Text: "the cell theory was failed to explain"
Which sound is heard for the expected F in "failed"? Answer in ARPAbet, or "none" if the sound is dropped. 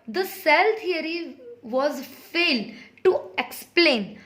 F